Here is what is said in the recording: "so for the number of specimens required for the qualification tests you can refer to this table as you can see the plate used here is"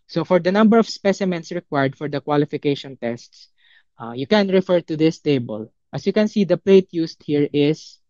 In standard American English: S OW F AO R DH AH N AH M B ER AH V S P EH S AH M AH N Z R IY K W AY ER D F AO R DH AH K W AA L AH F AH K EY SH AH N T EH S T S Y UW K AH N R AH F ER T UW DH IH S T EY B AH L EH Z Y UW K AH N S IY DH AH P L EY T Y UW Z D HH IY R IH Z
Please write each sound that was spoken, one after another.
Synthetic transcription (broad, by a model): S OW F AO R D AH N AH M B ER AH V S P EH S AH M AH N S R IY K W AY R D F AO R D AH K W AA L AH F AH K EY SH AH N T EH S T S Y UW K AH N R AH F ER T UW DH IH S T EY B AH L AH S Y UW K AH N S IY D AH P L EY T Y UW S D HH IY R IH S